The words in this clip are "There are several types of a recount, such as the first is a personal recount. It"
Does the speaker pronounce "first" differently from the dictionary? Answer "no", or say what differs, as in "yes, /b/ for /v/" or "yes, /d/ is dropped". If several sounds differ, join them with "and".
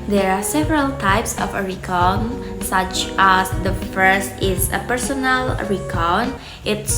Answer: no